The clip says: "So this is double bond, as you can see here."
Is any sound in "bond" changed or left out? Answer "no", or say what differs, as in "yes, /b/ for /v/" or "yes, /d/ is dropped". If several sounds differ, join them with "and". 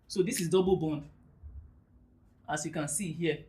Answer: no